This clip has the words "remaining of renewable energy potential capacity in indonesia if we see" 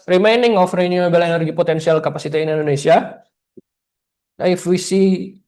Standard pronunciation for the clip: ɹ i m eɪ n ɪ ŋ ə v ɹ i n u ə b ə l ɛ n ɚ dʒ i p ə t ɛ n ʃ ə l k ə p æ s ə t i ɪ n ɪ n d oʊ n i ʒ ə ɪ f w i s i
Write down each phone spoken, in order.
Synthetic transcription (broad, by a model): ɹ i m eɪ n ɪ ŋ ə f ɹ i n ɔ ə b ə l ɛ n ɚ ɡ i p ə t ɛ n s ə l k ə p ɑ s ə t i ɪ n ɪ n d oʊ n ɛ s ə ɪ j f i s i